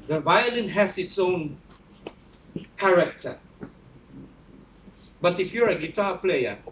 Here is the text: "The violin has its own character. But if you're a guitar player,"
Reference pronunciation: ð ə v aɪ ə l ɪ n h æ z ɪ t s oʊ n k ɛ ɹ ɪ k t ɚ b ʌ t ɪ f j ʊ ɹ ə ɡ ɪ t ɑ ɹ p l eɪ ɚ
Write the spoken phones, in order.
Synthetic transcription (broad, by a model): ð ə v aɪ ə l ɪ n h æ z ɪ t s oʊ n k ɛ ɹ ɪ k t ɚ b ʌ t ɪ f j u ɹ ə ɡ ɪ t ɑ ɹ p l eɪ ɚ